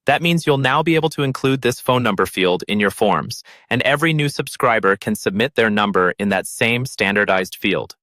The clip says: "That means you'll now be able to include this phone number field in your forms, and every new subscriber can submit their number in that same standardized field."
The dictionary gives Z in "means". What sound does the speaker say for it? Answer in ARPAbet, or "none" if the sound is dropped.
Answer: Z